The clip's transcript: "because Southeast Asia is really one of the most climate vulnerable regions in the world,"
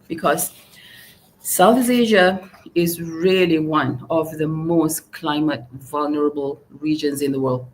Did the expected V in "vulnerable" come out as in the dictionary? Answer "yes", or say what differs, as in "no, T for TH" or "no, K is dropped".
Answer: yes